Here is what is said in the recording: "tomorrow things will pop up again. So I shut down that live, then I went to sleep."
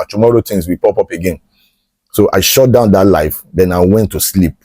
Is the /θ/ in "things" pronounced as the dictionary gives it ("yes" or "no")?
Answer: no